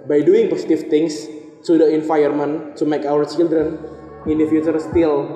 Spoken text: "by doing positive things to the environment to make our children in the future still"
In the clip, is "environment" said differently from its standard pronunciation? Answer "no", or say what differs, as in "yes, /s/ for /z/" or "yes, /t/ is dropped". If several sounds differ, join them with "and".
yes, /f/ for /v/ and /ɹ/ is dropped